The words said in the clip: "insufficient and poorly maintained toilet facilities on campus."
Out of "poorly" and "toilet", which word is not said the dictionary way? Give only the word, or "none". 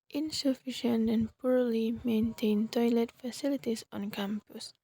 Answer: none